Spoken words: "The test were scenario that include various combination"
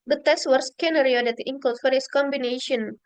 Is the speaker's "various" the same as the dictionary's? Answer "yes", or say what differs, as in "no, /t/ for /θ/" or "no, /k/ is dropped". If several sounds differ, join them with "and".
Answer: no, /f/ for /v/